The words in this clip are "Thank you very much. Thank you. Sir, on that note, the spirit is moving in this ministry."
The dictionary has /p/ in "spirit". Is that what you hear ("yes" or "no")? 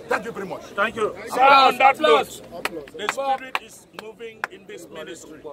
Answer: no